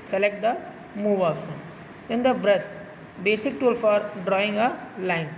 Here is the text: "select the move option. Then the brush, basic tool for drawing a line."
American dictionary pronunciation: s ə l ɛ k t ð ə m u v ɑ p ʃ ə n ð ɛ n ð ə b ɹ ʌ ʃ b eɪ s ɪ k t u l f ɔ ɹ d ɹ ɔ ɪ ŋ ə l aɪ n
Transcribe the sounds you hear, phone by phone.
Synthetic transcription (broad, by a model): s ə l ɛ k t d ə m u v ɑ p s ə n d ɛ n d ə b ɹ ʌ s b eɪ s ɪ k t u l f ɔ ɹ d ɹ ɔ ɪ ŋ ə l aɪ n